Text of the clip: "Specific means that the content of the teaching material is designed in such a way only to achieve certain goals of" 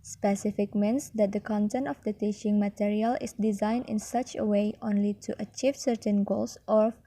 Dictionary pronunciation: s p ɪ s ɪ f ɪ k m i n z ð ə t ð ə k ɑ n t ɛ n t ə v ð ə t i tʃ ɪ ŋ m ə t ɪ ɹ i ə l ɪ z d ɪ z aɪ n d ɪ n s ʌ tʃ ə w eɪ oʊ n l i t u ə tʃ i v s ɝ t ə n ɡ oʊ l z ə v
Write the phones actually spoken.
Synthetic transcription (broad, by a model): s p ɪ s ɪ f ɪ k m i n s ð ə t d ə k ɑ n t ɛ n t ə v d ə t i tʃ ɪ ŋ m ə t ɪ ɹ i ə l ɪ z d ɪ z aɪ n d ɪ n s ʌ tʃ ə w eɪ oʊ n l i t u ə tʃ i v s ɝ t ə n ɡ oʊ l s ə